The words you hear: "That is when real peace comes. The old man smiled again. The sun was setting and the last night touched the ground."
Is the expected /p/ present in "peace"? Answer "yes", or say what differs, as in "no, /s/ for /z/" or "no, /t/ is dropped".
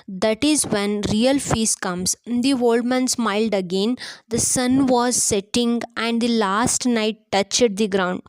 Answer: no, /f/ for /p/